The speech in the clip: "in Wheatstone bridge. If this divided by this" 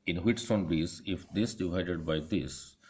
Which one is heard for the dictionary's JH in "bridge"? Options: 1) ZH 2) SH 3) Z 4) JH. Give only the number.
3